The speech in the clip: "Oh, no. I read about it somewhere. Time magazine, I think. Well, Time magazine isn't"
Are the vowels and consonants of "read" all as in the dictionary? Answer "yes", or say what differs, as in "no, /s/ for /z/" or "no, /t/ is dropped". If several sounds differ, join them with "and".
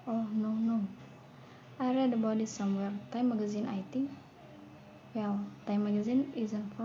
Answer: yes